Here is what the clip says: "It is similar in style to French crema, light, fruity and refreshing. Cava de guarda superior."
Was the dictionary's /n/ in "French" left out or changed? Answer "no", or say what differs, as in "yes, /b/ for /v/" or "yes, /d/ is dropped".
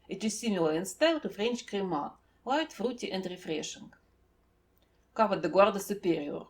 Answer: no